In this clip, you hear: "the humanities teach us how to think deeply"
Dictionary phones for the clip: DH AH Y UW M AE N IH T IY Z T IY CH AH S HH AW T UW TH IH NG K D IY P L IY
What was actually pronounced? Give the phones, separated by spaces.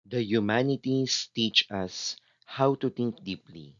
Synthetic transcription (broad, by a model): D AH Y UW M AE N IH T IY S T IY CH AH S HH AW T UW T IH NG K D IY P L IY